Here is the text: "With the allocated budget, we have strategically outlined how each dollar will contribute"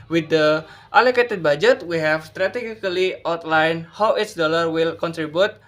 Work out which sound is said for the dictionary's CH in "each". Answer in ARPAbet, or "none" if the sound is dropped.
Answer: S